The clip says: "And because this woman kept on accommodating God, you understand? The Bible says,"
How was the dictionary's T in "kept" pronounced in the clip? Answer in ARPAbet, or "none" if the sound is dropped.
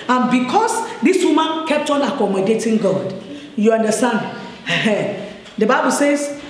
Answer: T